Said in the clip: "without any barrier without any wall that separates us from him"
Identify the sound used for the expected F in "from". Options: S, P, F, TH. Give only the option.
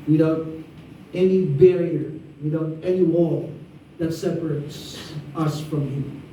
F